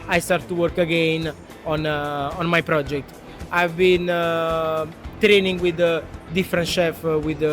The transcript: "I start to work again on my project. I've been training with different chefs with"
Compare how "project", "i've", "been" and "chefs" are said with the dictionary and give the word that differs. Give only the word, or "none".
chefs